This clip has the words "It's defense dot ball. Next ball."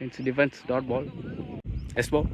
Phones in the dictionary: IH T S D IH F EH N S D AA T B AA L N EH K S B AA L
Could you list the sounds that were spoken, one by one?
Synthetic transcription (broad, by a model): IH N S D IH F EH N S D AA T B AA L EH S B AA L